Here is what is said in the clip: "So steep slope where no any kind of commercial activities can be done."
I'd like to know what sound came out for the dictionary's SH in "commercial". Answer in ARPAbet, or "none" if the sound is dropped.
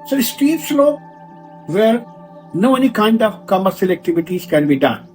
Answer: S